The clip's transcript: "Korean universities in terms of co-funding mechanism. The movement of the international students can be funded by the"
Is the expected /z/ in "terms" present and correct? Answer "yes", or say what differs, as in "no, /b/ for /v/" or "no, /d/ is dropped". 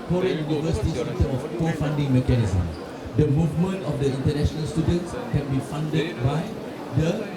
no, /z/ is dropped